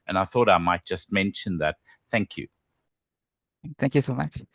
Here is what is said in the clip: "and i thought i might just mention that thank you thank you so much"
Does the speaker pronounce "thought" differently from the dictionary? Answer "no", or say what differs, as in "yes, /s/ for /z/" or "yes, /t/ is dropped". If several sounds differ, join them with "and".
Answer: no